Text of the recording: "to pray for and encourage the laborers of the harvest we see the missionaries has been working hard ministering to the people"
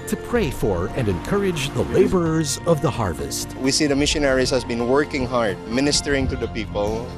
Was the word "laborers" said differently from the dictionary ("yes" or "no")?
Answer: no